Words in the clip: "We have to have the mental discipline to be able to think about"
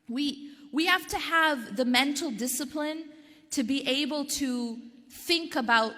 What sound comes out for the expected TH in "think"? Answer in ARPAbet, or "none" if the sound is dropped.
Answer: TH